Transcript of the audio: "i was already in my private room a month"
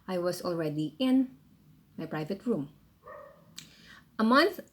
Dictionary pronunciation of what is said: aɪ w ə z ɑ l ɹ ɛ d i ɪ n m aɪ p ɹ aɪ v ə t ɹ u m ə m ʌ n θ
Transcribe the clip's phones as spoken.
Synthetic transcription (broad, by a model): aɪ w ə s ɑ l ɹ ɛ d i ɪ n m aɪ p ɹ aɪ v ə t ɹ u m ə m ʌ n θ